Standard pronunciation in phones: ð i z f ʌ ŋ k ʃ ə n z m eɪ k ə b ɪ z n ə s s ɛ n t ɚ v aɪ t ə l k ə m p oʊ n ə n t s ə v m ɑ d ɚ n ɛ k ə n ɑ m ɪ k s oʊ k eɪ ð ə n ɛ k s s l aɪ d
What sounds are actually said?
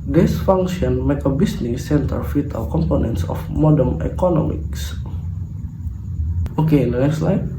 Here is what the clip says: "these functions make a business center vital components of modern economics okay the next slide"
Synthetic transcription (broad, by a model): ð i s f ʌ ŋ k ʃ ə n m eɪ k ə b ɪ s n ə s s ɛ n t ɚ f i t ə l k ə m p oʊ n ə n t s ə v m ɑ d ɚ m ɛ k ə n ɑ m ɪ k s oʊ k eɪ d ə n ɛ k s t l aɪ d